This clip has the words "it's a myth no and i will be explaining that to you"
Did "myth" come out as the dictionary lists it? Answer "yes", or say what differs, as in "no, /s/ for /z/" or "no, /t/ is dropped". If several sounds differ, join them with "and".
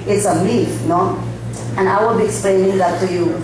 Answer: no, /f/ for /θ/